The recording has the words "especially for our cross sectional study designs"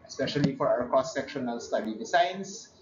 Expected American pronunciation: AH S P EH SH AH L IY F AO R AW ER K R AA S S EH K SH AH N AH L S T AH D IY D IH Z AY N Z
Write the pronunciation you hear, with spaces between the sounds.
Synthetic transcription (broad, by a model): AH S P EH SH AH L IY F AO R AW ER K AA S S EH K SH AH N AH L S T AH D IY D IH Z AY N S